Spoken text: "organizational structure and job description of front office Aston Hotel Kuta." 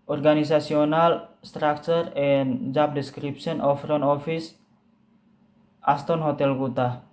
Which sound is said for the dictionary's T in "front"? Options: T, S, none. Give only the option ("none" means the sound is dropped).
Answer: none